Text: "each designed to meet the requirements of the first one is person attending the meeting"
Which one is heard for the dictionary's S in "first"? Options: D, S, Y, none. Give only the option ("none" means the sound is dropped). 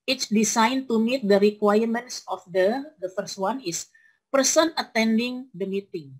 S